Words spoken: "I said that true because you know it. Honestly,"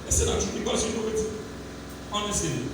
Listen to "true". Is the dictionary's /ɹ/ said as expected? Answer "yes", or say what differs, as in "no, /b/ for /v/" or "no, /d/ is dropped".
no, /ɹ/ is dropped